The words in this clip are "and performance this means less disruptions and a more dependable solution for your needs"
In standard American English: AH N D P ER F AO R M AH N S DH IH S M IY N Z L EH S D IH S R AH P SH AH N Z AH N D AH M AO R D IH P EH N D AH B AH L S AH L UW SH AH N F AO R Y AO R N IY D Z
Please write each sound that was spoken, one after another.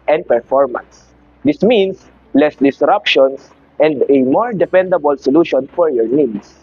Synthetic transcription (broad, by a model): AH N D P ER F AO R M AH N S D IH S M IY N S L EH S D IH S R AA P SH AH N S AH N D AH M AO R D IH F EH N D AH B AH L S AH L UW SH AH N F AO R Y AO R N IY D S